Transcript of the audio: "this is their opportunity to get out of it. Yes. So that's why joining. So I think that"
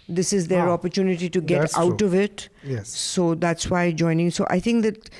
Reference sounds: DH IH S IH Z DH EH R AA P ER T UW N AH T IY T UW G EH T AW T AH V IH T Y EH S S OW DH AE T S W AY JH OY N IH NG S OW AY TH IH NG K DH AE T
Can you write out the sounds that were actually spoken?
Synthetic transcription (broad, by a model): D IH S IH Z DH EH R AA P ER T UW N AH T IY T UW G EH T AW T AH V IH T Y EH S S OW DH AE T S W AY JH OY N IH NG S OW AY T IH NG K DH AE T